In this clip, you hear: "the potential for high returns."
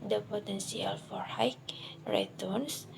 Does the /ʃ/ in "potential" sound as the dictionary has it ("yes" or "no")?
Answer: no